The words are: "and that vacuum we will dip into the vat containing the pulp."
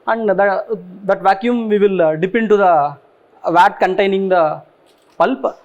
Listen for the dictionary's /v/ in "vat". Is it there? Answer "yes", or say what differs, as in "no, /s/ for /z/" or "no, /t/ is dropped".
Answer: yes